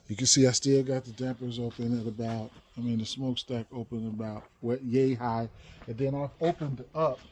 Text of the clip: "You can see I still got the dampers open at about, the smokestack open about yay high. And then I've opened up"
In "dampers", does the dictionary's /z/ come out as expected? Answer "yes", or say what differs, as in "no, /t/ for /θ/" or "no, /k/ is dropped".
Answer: yes